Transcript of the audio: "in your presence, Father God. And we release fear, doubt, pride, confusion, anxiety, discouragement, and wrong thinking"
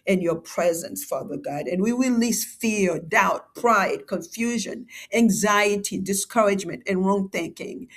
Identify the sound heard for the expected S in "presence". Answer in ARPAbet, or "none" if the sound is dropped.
S